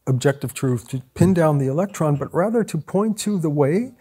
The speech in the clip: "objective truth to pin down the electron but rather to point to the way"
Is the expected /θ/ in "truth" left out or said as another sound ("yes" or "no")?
no